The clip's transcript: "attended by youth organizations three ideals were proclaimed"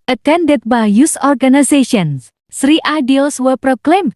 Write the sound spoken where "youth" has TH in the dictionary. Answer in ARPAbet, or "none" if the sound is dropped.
S